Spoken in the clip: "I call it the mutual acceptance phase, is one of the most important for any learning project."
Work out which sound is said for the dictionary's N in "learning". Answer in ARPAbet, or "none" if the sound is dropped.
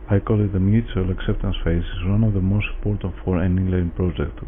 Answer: L